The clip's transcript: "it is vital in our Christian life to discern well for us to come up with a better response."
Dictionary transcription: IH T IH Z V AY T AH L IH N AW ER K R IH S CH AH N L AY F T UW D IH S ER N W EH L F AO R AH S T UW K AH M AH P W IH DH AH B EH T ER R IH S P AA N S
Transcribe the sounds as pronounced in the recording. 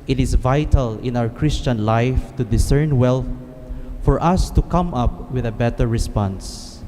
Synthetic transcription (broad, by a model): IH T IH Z V AY T AH L IH N AW ER K R IH S CH AH N L AY F T UW D IH S ER N W EH L F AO R AH S T UW K AH M AH P W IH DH AH B EH T ER R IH S P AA N S